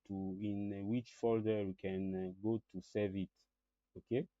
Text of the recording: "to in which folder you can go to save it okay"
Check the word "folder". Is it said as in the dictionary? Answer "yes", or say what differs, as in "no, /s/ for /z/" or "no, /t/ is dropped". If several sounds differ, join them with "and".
yes